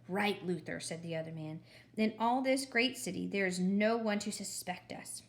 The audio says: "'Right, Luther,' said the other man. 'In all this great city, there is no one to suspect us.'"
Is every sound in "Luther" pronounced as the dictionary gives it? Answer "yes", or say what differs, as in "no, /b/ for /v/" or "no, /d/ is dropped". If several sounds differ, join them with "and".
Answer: yes